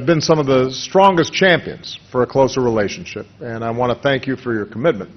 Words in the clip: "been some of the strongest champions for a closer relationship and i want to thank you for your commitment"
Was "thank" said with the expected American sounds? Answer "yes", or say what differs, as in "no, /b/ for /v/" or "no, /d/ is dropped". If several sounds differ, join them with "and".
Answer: yes